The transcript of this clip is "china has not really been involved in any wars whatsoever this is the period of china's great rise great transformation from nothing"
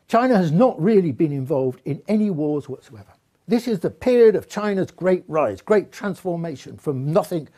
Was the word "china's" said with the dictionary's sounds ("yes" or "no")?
yes